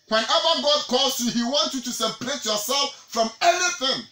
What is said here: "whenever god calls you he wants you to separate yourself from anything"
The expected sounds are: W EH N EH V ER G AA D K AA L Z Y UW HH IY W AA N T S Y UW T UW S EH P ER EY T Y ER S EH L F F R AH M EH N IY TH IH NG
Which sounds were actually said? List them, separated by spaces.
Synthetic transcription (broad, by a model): W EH N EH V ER G AA D K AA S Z Y UW HH IY W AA N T Y UW T UW S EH P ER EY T Y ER S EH L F F R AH M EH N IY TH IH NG